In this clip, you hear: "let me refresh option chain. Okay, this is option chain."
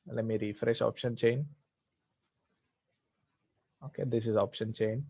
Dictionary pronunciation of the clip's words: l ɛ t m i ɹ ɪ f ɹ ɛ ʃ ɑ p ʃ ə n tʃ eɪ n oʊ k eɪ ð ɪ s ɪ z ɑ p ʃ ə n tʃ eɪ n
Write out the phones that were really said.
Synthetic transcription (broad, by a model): l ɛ t m i ɹ ɪ f ɹ ɛ ʃ ɑ p ʃ ə n tʃ eɪ n oʊ k eɪ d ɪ s ɪ z ɑ p ʃ ə n tʃ eɪ n